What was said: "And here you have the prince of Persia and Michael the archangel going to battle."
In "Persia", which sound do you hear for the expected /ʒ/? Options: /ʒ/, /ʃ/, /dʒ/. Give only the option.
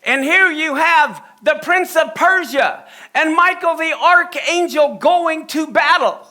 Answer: /ʒ/